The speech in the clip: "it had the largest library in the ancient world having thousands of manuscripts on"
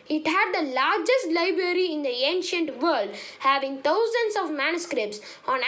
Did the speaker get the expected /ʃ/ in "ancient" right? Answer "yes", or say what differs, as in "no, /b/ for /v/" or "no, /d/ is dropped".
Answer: yes